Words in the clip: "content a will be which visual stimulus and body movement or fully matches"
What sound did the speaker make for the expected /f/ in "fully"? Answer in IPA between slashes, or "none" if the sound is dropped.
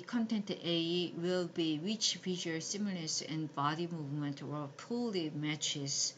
/p/